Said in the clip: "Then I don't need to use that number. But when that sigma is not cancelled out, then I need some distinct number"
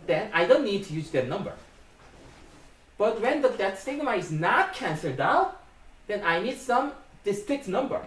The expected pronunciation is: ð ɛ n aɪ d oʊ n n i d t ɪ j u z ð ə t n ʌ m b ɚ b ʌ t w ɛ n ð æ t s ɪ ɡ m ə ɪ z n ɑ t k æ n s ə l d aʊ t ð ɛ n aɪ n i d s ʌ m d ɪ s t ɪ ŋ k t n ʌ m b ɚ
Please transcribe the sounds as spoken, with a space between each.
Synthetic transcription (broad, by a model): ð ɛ n aɪ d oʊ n n i d t ɪ j u z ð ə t n ʌ m b ɚ b ʌ t w ɛ n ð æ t s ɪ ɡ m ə ɪ z n ɑ t k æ n s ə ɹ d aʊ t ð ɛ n aɪ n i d s ʌ m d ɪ s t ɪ k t n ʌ m b ɚ